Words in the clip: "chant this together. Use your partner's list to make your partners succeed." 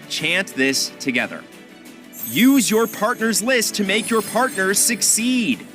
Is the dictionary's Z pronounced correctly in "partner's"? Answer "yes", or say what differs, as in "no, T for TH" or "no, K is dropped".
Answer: yes